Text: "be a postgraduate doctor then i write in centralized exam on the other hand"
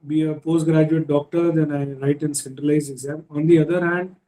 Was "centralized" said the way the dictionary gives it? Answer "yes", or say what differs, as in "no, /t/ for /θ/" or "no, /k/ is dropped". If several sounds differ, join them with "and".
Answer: no, /d/ is dropped